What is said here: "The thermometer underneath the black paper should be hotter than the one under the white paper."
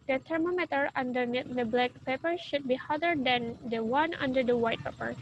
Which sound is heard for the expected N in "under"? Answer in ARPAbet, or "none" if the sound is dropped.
N